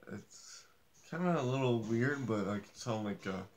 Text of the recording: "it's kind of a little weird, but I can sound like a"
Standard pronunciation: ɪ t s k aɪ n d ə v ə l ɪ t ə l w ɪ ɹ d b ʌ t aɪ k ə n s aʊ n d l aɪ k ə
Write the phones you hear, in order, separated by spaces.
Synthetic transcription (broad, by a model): ɪ t s k aɪ n d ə ə l ɪ t l w ɪ ɹ d b ʌ t aɪ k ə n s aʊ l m l aɪ k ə